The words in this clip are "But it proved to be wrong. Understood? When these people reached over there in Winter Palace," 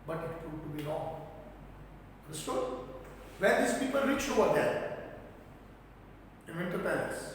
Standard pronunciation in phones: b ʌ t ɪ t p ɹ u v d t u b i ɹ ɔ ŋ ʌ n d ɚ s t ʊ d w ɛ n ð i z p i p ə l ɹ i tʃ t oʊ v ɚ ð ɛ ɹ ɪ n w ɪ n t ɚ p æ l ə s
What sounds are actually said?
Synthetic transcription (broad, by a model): b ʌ t ɪ t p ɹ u d t u b i ɹ ɔ ŋ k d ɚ s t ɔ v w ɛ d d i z p i p ə l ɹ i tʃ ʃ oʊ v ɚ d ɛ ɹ ɪ n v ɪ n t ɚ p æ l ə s